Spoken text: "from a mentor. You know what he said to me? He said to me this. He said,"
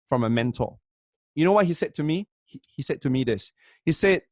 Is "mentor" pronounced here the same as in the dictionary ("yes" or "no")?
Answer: no